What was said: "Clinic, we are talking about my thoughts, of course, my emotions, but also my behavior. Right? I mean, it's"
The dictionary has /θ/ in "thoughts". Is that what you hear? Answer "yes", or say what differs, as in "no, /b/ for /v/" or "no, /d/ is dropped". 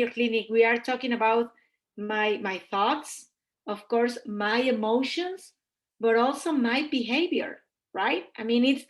yes